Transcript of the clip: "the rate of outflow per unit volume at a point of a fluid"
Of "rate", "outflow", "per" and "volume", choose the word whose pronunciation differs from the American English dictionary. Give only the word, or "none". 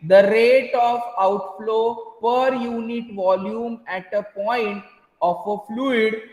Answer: none